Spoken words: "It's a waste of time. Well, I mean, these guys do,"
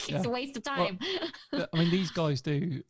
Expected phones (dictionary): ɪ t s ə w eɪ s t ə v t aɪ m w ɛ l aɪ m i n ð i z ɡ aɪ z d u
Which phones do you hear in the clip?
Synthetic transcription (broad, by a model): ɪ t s ə w eɪ s t ə v t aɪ m aɪ m i n ð i z ɡ aɪ z d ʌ